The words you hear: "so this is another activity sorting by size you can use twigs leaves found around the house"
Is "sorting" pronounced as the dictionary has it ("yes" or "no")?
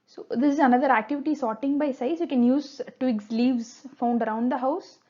yes